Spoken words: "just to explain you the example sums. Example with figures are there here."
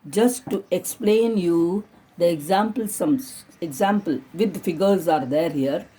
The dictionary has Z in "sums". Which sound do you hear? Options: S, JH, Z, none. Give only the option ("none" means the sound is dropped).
none